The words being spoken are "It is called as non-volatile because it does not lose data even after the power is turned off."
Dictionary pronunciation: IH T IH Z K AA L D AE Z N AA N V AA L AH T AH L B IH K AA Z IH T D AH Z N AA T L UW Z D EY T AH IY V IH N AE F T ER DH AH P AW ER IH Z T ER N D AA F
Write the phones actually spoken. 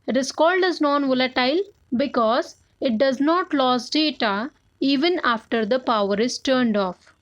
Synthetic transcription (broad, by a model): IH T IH S K AA L D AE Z N AA N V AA L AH T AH L B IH K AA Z IH T D AH Z N AA T L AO S D EY T AH IY V IH N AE F T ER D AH P AW ER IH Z T ER N D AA F